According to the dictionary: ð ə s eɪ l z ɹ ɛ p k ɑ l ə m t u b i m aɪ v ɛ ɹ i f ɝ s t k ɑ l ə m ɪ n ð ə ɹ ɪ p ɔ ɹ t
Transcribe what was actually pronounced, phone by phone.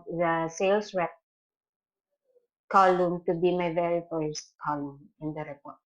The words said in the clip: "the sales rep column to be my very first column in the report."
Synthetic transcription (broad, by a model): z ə s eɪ l s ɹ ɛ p k ɑ l ə m t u b i m aɪ v ɛ ɹ i f ɝ s t k ɑ l ə m ɪ n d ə ɹ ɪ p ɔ ɹ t